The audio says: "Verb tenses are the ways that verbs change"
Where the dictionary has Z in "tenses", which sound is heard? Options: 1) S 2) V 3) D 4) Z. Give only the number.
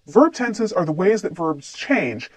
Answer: 4